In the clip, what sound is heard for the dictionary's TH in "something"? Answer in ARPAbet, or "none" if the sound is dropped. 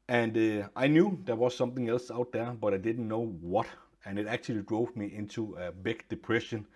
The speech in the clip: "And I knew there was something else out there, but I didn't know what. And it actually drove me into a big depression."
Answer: TH